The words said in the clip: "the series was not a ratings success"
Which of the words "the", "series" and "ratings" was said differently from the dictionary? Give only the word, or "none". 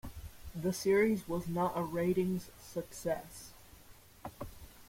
none